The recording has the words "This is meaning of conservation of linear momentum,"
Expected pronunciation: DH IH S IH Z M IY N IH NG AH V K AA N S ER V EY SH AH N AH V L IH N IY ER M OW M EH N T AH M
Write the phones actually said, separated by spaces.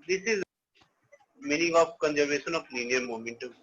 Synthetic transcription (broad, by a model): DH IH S IH Z M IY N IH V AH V K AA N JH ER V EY S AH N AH P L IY N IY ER M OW M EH N T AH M